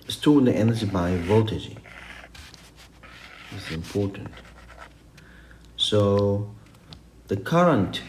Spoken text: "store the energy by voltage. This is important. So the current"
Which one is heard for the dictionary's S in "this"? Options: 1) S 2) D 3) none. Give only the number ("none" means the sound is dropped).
3